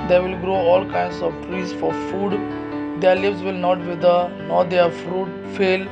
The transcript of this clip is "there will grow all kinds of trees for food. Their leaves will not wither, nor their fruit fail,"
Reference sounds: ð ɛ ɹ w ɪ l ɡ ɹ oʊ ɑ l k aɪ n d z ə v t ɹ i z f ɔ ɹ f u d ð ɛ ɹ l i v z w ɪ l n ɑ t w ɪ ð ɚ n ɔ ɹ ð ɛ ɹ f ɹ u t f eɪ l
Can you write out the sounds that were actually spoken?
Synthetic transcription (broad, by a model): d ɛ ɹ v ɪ l ɡ ɹ oʊ ɑ l k aɪ n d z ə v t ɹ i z f ɔ ɹ f u d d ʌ ɹ l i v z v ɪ l n ɑ t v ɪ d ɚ n ɔ ɹ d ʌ ɹ f ɹ u t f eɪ l